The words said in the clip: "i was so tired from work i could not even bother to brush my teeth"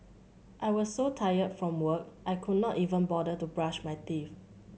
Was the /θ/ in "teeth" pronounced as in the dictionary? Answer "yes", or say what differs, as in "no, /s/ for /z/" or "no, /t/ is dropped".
no, /f/ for /θ/